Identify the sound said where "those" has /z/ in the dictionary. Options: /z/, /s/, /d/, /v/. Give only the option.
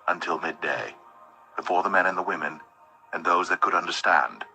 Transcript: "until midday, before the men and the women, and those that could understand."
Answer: /z/